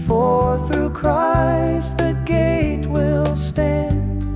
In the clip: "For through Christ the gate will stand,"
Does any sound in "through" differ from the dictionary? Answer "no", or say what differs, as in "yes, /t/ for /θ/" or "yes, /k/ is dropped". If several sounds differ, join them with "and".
no